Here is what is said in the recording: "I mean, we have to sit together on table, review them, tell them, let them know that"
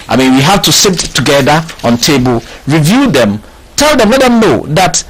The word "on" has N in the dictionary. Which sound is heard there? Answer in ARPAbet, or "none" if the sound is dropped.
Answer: N